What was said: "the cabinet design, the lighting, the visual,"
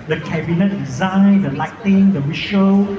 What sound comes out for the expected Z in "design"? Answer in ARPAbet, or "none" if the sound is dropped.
Z